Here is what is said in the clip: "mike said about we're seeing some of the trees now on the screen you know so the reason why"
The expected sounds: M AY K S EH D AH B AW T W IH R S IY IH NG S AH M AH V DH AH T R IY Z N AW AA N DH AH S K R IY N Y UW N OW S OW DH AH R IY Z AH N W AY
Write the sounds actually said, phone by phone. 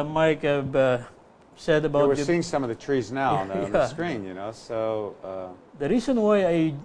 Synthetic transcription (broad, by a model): M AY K S EH D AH B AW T W IH R S IY IH NG S AH M AH V DH AH T R IY Z N AW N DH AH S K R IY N Y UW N OW S OW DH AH R IY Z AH N W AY